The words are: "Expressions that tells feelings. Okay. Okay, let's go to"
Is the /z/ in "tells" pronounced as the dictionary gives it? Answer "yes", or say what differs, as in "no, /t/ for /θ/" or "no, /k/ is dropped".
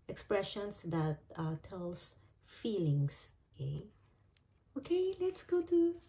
no, /s/ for /z/